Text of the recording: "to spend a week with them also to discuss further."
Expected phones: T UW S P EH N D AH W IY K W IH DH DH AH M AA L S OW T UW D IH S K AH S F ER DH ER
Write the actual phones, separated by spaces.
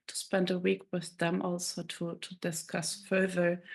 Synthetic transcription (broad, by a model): T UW S P EH N D AH W IY K W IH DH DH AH M AA L S OW T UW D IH S K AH S F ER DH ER